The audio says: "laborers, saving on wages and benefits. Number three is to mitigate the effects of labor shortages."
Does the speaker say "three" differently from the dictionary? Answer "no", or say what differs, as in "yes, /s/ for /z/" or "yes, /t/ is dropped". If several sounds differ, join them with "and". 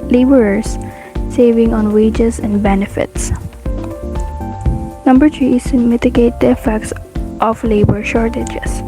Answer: yes, /t/ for /θ/